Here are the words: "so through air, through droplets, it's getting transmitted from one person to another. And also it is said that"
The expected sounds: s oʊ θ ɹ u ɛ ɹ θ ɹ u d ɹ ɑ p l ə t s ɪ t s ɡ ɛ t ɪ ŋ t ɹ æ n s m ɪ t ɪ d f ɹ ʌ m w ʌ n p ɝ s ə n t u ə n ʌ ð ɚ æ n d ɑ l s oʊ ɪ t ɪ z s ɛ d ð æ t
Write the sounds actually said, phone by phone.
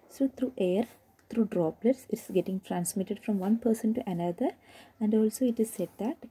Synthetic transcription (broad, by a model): s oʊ t ɹ u ɛ ɹ t ɹ u d ɹ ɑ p l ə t s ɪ t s ɡ ɛ t ɪ ŋ t ɹ æ n s m ɪ t ɪ d f ɹ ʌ m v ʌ n p ɝ s ə n t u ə n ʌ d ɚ æ n d ɑ l s oʊ ɪ t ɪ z s ɛ d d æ t